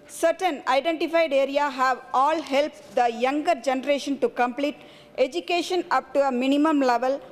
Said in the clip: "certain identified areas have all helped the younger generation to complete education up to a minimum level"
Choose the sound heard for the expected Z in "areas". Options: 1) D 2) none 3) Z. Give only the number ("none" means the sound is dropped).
2